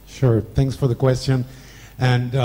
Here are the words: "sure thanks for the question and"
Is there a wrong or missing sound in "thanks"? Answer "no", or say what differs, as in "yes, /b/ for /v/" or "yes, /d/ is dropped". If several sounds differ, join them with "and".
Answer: no